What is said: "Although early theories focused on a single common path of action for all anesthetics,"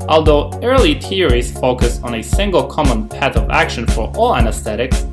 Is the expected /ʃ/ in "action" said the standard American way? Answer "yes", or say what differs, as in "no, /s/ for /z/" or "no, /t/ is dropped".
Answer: yes